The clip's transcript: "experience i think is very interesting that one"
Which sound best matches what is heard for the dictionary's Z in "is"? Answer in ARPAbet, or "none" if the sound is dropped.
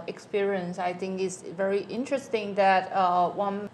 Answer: S